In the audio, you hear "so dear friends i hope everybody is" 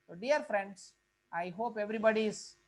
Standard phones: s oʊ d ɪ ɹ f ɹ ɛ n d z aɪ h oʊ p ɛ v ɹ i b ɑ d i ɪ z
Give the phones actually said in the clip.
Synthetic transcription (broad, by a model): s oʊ d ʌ ɹ f ɹ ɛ n d s aɪ h oʊ p ɛ v ɹ i b ɑ d i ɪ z